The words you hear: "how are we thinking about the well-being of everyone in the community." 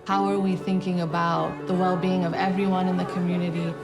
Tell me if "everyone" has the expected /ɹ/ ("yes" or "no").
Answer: yes